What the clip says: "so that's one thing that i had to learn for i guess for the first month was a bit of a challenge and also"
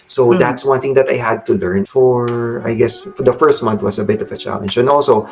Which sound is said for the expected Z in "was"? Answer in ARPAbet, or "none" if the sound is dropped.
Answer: S